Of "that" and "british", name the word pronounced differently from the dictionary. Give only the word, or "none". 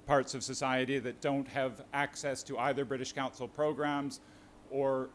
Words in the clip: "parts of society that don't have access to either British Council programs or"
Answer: none